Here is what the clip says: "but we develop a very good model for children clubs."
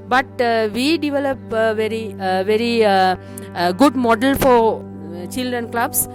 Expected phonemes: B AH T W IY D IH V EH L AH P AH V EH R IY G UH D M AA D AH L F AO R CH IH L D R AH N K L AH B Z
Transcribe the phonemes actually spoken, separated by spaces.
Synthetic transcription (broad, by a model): B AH T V IY D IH V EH L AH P AH V EH R IY G UH D M AA D AH L F AO R CH IH L D R AH N K L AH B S